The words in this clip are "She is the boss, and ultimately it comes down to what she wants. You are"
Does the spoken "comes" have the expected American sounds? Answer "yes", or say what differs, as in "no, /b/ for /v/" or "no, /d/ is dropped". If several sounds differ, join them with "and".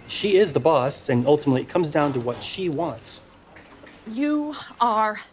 yes